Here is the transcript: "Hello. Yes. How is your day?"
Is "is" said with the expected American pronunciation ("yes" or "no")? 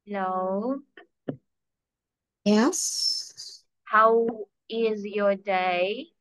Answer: yes